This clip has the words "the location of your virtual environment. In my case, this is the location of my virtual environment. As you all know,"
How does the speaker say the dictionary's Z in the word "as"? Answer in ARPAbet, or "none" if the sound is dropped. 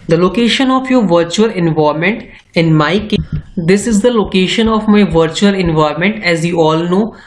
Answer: Z